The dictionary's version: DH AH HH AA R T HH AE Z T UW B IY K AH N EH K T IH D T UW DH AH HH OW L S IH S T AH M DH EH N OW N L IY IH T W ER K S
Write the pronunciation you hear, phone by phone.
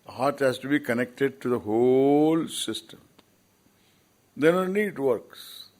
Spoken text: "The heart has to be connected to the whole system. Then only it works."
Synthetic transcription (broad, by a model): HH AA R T HH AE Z T UW B IY K AH N EH K T IH D T UW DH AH HH OW L S IH S T AH M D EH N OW N IY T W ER K S